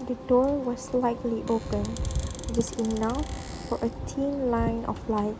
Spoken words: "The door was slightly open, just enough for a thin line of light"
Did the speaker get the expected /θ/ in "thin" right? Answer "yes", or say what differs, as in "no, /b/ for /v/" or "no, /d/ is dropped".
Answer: no, /t/ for /θ/